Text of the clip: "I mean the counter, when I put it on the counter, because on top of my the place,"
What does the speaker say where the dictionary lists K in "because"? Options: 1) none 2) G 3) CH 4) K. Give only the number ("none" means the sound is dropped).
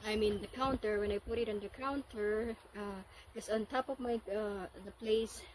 1